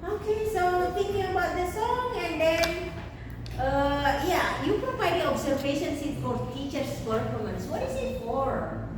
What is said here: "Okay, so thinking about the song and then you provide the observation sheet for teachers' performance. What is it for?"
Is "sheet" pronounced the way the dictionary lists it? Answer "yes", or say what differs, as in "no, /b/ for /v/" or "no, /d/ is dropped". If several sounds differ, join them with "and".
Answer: no, /s/ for /ʃ/